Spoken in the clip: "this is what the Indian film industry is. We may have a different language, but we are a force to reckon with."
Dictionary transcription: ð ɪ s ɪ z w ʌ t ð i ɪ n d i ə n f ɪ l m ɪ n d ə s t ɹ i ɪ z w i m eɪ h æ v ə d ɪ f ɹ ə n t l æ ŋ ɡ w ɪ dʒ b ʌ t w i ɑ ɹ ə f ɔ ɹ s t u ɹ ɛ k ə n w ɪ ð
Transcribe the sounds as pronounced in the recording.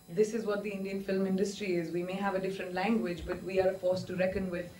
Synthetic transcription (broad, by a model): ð ɪ s ɪ z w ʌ t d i ɪ n d i ə n f ɪ l m ɪ n d ə s t ɹ i ɪ z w i m eɪ h æ v ə d ɪ f ɹ ə n t l æ ŋ ɡ w ɪ dʒ b ʌ t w i ɑ ɹ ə f ɔ ɹ s t u ɹ ɛ k ə n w ɪ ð